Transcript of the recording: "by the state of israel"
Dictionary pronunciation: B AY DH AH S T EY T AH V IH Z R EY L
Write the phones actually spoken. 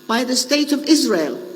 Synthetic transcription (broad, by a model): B AY DH AH S T EY T AH V IH Z R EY L